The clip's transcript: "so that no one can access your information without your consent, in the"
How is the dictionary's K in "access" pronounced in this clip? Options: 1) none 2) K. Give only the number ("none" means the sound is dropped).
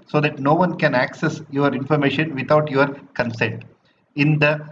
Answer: 2